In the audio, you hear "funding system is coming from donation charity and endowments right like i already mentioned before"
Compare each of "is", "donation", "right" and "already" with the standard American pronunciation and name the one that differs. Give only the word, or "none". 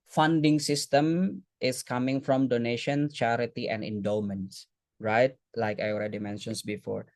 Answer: is